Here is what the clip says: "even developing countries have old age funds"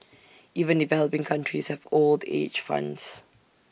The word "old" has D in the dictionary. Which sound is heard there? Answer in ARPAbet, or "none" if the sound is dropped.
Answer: D